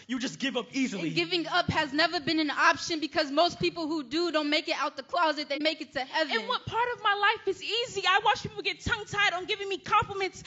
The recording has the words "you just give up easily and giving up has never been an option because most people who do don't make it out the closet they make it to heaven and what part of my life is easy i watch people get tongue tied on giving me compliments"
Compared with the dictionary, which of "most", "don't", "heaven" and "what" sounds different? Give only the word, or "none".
heaven